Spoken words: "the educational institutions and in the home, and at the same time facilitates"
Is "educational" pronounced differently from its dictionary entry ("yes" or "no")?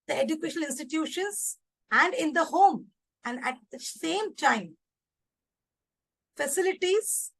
yes